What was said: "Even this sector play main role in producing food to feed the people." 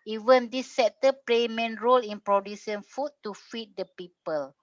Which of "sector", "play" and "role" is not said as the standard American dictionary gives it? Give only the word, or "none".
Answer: sector